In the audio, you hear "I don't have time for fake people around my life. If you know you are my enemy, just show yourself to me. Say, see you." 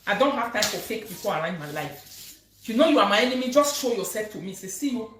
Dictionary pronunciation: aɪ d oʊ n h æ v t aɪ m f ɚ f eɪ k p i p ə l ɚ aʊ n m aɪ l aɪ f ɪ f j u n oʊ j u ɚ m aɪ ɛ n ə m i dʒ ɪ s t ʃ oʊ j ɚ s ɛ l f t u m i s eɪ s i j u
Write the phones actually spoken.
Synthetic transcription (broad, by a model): aɪ d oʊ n h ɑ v t aɪ m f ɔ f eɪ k p i p ə l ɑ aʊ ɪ m aɪ l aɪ ɪ f j u n oʊ j u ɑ m aɪ ɛ n ə m i dʒ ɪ s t ʃ oʊ j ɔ s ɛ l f t u m i s eɪ s i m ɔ